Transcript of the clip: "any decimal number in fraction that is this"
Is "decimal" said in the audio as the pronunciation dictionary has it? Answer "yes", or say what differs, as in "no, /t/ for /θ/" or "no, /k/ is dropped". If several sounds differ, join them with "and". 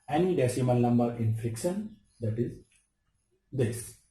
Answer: no, /n/ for /l/